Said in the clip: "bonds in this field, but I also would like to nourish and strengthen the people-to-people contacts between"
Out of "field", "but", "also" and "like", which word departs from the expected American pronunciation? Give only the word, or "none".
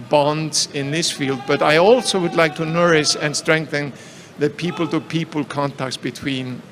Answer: none